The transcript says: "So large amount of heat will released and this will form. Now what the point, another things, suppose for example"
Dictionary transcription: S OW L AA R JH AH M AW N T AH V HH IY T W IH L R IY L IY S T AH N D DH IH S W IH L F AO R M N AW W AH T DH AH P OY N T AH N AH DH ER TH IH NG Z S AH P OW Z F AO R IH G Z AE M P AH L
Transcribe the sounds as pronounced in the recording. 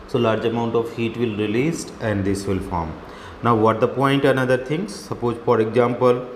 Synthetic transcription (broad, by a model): S OW L AA R JH AH M AW N T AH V HH IY T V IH L R IY L IY S T AH N D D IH S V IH L F AO R M N AW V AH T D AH P OY N T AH N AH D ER T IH NG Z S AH P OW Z F AO R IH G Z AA M P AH L